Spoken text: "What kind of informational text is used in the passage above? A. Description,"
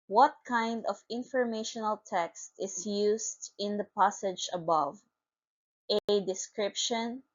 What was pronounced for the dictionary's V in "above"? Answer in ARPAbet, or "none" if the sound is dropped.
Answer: V